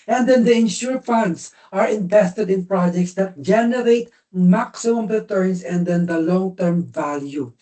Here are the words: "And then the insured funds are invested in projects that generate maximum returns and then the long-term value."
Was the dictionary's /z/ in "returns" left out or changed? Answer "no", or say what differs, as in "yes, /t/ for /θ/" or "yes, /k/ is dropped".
yes, /s/ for /z/